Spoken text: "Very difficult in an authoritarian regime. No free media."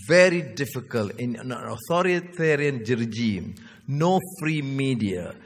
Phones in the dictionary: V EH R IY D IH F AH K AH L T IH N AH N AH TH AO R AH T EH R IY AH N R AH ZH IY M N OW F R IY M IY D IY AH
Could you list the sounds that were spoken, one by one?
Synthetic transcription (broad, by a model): V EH R IY D IH F AH K AH L T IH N AH N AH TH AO R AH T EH R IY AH N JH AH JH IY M N OW F R IY M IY D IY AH